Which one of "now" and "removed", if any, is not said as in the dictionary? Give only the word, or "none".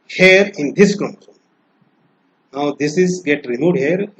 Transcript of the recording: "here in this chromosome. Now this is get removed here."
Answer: removed